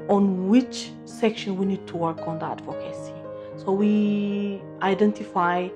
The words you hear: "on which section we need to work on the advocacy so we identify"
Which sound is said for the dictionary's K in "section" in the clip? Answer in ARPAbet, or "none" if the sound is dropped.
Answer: K